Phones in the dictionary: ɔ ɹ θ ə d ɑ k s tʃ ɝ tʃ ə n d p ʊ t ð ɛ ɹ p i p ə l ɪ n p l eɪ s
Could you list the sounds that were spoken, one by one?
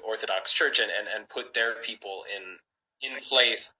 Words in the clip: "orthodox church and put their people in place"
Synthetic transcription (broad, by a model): ɔ ɹ θ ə d ɑ k s tʃ ɝ tʃ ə n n p ʊ t ð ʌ ɹ p i p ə n ɪ n p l eɪ s